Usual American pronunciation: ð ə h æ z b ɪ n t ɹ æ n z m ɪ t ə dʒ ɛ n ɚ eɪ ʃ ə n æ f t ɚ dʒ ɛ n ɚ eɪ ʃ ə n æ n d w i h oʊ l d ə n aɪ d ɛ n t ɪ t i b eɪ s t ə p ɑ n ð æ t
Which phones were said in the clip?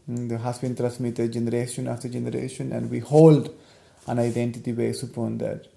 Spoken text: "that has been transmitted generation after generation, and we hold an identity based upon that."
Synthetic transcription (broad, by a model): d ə h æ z b ɪ n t ɹ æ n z m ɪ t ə dʒ ɛ n ɚ eɪ ʃ ə n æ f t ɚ dʒ ɛ n ɚ eɪ ʃ ə n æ n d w i h oʊ l d ə n aɪ d ɛ n t ɪ t i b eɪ s ə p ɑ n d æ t